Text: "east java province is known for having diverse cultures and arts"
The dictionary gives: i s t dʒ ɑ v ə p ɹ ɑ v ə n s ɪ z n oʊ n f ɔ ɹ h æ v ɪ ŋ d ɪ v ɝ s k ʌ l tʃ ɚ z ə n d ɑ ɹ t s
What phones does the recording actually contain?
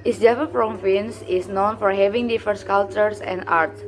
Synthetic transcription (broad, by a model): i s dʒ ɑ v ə f ɹ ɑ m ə n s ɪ s n oʊ n f ɔ ɹ h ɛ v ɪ ŋ d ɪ f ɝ s k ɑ l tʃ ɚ s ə n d ɑ ɹ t s